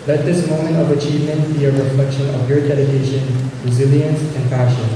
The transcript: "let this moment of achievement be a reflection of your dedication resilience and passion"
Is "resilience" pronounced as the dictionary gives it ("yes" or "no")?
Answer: yes